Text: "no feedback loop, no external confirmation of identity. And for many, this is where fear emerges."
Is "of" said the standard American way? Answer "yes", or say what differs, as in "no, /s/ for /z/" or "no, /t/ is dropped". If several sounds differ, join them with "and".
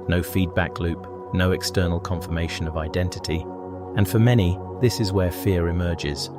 yes